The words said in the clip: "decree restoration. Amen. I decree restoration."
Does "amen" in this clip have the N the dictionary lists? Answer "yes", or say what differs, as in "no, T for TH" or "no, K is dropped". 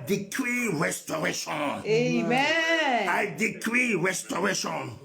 no, N is dropped